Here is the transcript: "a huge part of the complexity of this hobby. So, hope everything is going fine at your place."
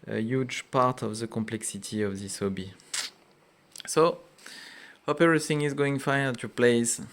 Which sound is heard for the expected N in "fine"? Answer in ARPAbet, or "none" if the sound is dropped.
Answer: none